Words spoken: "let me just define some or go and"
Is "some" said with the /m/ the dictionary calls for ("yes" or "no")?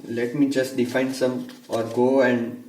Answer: yes